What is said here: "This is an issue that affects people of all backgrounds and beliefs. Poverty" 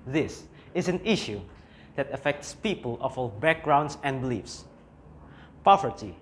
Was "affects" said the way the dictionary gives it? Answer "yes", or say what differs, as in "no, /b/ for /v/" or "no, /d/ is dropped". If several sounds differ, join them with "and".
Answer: yes